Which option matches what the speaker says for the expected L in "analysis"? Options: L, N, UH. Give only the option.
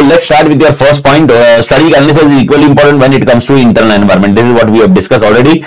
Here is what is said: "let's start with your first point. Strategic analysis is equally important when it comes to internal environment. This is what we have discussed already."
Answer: N